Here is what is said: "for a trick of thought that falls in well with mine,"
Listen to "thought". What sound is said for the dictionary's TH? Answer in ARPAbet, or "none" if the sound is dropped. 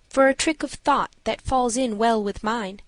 TH